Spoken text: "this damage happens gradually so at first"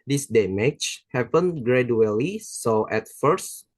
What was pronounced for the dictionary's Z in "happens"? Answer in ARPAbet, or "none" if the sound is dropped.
none